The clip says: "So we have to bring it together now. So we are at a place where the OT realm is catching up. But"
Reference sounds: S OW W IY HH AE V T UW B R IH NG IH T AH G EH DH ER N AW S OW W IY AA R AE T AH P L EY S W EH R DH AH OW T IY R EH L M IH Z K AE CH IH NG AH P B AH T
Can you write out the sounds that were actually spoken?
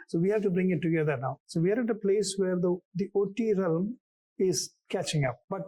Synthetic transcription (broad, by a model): S OW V IY HH AE V T UW B R IH NG IH T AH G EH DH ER N AW S OW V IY AA R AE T AH P L EY S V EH R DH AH OW T IY R EH L M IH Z K AE CH IH NG AH P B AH T